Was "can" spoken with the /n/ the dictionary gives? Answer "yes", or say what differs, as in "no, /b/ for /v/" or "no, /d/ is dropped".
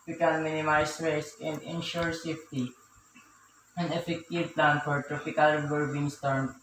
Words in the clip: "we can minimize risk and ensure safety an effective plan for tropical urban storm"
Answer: no, /l/ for /n/